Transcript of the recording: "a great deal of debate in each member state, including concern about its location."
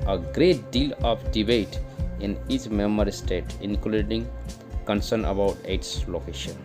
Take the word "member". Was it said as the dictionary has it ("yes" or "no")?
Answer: no